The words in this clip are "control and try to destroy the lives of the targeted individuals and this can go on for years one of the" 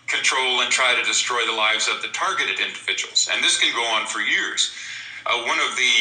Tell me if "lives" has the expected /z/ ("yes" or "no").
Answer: yes